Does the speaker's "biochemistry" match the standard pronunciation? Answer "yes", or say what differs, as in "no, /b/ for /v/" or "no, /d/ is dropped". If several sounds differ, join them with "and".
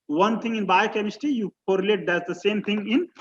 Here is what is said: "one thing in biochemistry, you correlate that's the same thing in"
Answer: no, /ɹ/ is dropped